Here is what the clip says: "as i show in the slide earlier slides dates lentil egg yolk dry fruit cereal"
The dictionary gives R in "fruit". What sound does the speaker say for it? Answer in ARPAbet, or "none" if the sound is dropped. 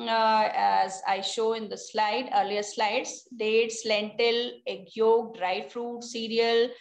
R